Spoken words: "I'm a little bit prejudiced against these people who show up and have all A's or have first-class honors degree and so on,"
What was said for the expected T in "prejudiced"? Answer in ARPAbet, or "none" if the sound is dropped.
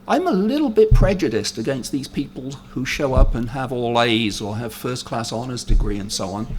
T